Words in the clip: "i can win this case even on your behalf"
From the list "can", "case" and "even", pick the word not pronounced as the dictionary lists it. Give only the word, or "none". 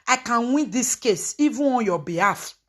even